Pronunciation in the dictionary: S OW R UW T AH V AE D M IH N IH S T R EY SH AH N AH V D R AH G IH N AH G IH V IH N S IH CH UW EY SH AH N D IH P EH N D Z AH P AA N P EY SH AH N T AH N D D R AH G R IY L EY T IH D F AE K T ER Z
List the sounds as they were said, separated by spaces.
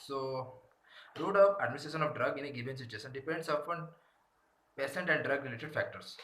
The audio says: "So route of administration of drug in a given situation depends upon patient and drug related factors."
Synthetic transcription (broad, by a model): S OW R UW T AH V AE D M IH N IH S T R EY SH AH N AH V D R AH G IH N AH G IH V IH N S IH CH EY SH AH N D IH P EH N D S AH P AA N P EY S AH N T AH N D D R AH G R IY L EY T IH D F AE K T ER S